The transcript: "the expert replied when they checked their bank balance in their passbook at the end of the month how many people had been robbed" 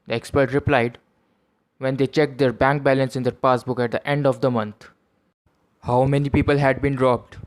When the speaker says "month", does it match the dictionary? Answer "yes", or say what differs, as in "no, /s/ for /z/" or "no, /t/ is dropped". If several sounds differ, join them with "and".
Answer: no, /t/ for /θ/